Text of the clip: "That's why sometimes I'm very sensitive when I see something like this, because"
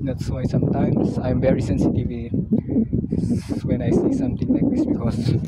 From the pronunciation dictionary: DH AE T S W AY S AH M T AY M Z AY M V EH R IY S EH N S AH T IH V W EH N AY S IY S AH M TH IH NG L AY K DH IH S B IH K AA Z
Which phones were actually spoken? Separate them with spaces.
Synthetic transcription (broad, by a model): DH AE T S W AY S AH M T AY M S AY M V EH R IY S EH N S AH T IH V W EH N AY S IY S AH M T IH NG L AY K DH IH S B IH K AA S